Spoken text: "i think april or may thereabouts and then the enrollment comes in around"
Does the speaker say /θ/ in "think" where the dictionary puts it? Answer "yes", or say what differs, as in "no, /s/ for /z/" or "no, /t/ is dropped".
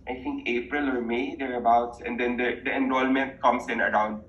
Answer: no, /t/ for /θ/